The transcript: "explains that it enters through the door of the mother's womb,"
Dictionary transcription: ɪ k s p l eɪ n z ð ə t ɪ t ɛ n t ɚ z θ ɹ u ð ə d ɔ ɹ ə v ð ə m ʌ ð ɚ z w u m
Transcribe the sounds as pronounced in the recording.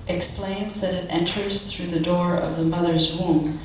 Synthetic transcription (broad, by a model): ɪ k s p l eɪ n z ð ə t ɪ t ɛ n t ɚ z θ ɹ u ð ə d ɔ ɹ ə v ð ə m ʌ ð ɚ z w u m